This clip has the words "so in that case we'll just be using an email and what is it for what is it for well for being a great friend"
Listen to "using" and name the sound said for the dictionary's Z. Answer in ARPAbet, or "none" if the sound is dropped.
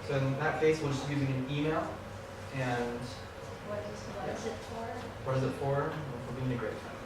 Z